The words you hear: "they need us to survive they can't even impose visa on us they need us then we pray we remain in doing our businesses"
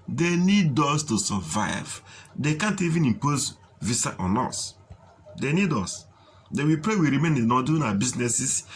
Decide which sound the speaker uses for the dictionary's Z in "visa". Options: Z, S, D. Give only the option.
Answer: S